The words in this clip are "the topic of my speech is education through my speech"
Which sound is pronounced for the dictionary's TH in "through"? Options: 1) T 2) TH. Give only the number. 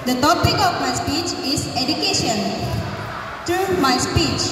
1